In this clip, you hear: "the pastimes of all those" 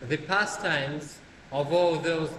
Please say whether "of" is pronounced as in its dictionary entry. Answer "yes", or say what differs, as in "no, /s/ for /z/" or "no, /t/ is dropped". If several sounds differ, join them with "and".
yes